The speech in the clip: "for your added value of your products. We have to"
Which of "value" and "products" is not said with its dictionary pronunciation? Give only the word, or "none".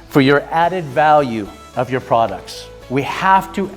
none